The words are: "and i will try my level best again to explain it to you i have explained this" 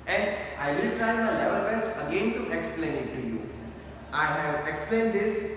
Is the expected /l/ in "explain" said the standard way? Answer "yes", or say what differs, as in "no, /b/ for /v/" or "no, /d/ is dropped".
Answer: yes